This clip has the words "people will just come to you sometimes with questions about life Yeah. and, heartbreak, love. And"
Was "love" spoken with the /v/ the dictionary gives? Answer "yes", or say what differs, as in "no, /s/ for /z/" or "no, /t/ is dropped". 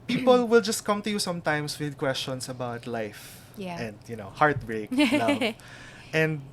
no, /v/ is dropped